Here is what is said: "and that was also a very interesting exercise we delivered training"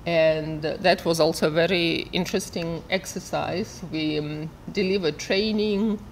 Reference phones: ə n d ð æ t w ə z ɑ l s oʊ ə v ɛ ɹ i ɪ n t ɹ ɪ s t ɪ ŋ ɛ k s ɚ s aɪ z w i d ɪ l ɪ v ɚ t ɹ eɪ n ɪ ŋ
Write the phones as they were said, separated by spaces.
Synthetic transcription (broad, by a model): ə n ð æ t w ə z ɑ l s oʊ ə v ɛ ɹ i ɪ n t ɹ ɪ s t ɪ ŋ ɛ k s ɚ s aɪ z w i d ɪ l ɪ v ɚ t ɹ eɪ n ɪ ŋ